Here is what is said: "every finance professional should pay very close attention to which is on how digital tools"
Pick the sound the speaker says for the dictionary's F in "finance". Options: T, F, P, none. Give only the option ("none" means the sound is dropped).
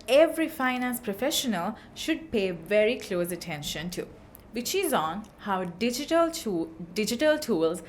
F